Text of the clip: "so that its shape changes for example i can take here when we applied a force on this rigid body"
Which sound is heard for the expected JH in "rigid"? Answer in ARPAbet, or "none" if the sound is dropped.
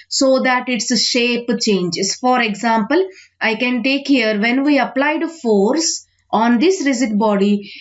Z